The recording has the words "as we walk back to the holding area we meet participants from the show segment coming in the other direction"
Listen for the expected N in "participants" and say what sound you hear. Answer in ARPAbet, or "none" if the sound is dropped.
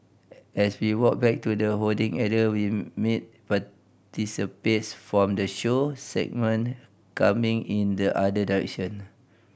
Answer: none